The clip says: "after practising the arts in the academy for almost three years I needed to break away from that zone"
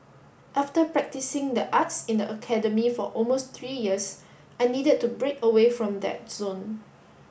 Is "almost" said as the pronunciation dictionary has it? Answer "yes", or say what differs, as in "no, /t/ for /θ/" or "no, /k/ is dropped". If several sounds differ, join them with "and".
yes